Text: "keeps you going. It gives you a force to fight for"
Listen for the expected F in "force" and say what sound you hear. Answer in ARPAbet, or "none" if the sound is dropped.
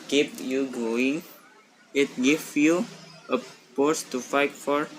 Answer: P